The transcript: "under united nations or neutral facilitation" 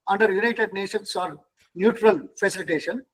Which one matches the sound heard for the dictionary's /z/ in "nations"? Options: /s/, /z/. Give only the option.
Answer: /s/